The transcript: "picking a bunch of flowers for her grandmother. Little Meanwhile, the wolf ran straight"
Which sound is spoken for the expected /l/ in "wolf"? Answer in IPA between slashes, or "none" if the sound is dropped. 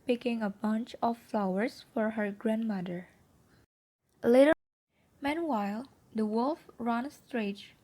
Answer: /l/